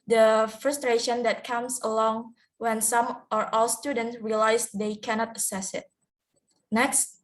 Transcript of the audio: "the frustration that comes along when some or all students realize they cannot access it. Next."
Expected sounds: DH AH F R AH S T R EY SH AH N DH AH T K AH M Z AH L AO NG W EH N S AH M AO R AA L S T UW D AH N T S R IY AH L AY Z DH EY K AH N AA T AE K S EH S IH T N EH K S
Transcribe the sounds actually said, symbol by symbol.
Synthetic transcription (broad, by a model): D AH F R AH S T R EY SH AH N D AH T K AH M S AH L AO NG W EH N S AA M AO R AA L S T UW D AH N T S R IY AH L AY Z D EY K AH N AA T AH S EH S IH T N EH K S